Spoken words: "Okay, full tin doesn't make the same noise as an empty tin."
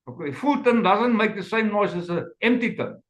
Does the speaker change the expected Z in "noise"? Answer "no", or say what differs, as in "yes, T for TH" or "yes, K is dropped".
yes, S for Z